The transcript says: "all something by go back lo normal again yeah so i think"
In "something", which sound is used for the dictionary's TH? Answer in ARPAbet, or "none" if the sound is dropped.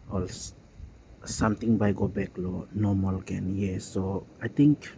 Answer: T